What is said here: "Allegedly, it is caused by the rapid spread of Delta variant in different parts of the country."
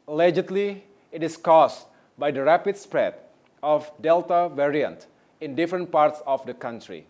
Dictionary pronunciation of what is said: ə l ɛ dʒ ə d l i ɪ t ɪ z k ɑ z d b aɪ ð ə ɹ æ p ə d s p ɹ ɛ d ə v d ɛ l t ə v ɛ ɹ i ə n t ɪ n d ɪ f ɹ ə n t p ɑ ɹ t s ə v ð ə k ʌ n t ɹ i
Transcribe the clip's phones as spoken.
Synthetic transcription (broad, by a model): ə l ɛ dʒ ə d l i ɪ t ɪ s k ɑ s b aɪ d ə ɹ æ p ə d s p ɹ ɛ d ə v d ɛ l t ə v ɛ ɹ i ə n t ɪ n d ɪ f ɹ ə n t p ɑ ɹ t s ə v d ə k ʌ n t ɹ i